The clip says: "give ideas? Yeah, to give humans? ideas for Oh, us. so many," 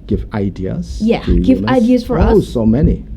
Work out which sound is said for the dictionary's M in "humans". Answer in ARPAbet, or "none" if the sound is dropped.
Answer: none